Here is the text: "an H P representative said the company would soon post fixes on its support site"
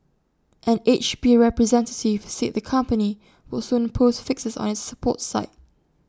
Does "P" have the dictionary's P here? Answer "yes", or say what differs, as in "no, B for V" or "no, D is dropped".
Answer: no, B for P